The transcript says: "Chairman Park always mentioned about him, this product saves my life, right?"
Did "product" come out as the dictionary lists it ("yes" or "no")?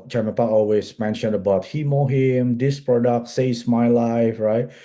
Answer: yes